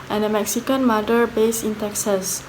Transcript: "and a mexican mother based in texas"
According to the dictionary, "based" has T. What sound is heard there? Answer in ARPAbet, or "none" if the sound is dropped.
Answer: none